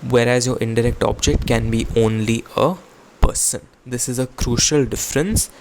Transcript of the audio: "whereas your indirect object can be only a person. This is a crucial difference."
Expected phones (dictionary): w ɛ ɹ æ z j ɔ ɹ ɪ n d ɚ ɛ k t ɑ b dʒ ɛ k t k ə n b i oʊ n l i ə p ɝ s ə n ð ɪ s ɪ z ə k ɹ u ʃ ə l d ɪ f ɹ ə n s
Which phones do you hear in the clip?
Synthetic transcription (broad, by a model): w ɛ ɹ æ z j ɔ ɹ ɪ n d ɚ ɛ k t ɑ b dʒ ɛ k t k ə n b i oʊ n l i ə p ɝ s ə n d ɪ s ɪ z ə k ɹ u ʃ ə l d ɪ f ɹ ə n s